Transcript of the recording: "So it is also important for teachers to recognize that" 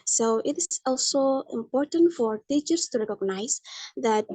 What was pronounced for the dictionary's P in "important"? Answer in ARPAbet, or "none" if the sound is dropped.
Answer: P